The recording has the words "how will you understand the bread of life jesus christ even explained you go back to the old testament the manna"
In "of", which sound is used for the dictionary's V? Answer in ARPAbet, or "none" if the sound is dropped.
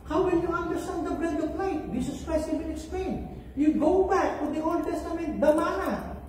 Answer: P